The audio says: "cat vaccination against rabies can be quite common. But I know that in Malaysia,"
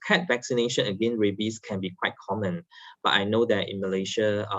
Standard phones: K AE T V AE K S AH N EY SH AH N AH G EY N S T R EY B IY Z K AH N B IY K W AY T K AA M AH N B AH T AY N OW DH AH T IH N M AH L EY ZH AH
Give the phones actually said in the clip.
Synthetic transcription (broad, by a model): K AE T V AE K S AH N EY SH AH N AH G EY N R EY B IY S K AH N B IY K W AY T K AA M AH N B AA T AY N OW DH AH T IH N M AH L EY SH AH